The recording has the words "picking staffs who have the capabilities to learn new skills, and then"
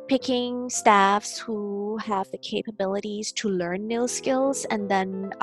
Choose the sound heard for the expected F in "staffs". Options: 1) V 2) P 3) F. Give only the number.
3